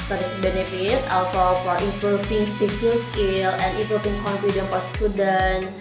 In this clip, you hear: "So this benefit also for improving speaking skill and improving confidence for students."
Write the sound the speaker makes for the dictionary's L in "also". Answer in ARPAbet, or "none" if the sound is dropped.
L